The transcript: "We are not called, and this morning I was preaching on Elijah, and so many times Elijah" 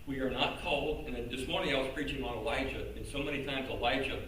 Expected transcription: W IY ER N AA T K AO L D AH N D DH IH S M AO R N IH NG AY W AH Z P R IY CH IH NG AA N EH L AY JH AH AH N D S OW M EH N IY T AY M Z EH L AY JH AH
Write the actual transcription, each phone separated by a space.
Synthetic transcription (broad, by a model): W IY ER N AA T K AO L D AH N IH DH IH S M AO R N IH NG AY W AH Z P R IY CH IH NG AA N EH L AY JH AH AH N S OW M EH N IY T AY M Z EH L AY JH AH